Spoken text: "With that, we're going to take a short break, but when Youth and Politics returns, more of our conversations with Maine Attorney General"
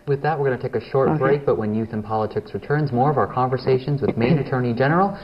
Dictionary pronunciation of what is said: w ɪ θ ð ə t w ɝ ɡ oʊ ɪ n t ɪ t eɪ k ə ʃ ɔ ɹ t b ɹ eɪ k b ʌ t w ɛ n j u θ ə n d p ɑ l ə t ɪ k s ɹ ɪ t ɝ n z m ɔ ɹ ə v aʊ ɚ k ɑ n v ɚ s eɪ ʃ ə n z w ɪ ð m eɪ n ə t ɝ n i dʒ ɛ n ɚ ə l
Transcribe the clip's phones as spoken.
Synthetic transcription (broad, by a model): w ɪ ð ə t w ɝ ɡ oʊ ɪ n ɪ t eɪ k ə ʃ ɔ ɹ t b ɹ eɪ k b ʌ t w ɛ n j u θ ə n p ɑ l ə t ɪ k s ɹ ɪ t ɝ n z m ɔ ɹ ə v aʊ ɚ k ɑ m v ɚ s eɪ ʃ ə n z w ɪ ð m eɪ n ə t ɝ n i dʒ ɛ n ɚ l